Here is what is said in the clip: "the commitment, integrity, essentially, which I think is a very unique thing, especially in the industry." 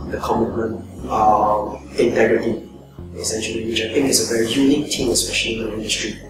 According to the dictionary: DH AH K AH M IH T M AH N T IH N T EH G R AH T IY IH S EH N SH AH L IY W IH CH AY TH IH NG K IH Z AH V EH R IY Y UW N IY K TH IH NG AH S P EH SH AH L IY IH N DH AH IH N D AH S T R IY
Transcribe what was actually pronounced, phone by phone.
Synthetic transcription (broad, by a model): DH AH K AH M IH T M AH N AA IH N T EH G R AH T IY IH S EH N SH AH L IY W IH CH AY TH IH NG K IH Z AH V EH R IY Y UW N IY K T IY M AH S P EH SH AH L IY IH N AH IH N D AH S T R IY